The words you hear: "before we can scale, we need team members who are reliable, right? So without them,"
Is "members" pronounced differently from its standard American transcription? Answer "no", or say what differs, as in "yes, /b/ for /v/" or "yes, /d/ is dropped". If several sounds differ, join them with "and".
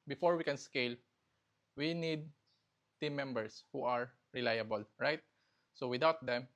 yes, /s/ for /z/